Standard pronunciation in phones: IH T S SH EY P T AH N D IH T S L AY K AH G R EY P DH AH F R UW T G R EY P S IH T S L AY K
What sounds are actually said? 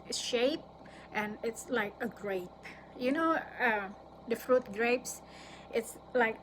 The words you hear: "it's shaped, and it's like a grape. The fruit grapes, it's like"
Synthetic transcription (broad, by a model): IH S SH EY P T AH N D IH T S L AY K AH G R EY P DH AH F R UW T G R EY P S IH T S L AY K